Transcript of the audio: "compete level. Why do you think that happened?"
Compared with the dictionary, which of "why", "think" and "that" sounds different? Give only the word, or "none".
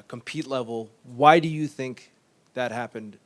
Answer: none